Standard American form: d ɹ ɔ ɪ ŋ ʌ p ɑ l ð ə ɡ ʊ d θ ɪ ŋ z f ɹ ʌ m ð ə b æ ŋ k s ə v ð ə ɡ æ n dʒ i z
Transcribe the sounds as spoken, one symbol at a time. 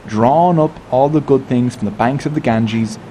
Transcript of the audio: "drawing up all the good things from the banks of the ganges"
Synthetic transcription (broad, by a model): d ɹ ɔ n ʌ p ɑ l ð ə ɡ ʊ d θ ɪ ŋ z f ɹ ʌ m ð ə b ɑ ŋ k s ə v ð ə ɡ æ n dʒ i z